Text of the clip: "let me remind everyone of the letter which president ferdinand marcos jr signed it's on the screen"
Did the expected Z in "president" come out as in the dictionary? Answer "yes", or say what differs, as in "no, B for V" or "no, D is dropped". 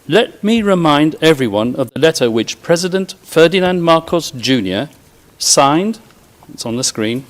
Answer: yes